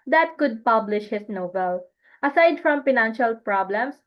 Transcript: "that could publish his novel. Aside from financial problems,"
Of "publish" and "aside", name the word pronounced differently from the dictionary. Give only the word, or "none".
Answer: none